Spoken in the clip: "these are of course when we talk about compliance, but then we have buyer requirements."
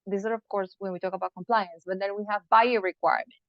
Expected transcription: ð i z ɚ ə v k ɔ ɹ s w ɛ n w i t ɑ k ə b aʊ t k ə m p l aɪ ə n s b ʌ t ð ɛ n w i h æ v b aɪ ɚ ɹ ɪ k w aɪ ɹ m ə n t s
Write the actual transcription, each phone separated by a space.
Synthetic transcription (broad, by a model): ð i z ɚ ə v k ɔ ɹ s w ɛ n w i t ɑ k ə b aʊ t k ə m p l aɪ ə n s b ʌ t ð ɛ n w i h æ v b aɪ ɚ ɹ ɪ k w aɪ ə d